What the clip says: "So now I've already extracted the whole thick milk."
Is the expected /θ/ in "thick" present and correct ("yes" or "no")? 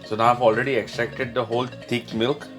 no